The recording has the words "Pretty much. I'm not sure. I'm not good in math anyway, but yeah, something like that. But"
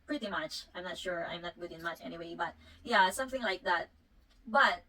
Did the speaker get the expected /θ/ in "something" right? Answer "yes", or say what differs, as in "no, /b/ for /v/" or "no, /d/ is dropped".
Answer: yes